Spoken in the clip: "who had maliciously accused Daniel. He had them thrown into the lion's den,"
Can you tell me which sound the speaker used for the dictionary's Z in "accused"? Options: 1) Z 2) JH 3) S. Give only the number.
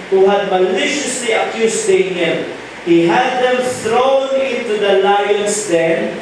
3